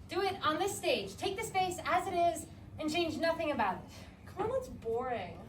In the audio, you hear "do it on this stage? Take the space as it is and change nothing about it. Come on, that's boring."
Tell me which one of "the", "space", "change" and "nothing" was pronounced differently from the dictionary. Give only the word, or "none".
none